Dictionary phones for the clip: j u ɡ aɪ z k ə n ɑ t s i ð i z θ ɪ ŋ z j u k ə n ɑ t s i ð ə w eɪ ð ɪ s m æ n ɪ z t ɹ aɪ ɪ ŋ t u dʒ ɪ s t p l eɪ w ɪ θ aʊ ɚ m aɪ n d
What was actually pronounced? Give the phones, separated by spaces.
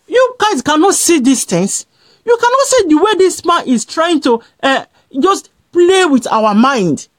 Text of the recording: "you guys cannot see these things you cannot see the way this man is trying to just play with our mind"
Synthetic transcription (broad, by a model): j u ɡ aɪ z k ə n ɑ t s i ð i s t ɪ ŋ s j u k ə n ɑ t s i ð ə w eɪ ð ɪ s m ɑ n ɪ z t ɹ aɪ ɪ ŋ t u dʒ ɪ s t p l eɪ w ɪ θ aʊ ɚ m aɪ n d